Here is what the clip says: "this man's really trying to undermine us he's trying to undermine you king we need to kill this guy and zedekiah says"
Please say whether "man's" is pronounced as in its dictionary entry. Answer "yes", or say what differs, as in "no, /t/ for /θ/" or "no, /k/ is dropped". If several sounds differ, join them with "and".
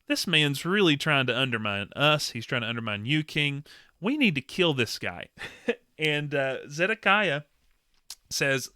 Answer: yes